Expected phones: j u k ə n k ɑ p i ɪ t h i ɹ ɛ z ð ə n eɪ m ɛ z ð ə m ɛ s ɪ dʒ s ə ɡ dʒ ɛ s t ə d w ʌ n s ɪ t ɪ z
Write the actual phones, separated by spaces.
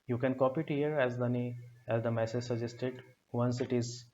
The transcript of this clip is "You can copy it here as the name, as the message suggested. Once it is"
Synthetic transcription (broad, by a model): j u k ə n k ɑ p i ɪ t h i ɹ ɛ z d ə n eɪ ɛ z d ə m ɛ s ɪ dʒ s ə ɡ dʒ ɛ s t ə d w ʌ n s ɪ t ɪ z